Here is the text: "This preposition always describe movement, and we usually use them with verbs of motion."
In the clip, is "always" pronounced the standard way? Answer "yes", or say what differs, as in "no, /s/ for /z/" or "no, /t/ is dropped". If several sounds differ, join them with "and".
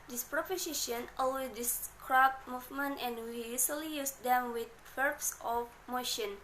no, /z/ is dropped